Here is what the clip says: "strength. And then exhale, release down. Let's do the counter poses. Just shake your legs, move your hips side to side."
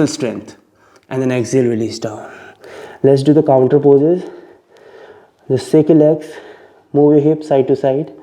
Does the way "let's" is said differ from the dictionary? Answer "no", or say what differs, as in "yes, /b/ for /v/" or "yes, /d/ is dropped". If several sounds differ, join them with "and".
no